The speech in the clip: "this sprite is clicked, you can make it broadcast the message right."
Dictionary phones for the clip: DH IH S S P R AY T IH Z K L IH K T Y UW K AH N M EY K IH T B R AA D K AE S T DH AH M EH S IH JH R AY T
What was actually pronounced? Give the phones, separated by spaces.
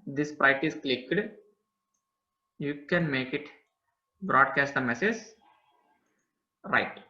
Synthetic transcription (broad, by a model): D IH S S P AY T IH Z K L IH K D Y UW K AH N M EY K IH T B R AA D K AE S T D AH M EH S IH JH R AY T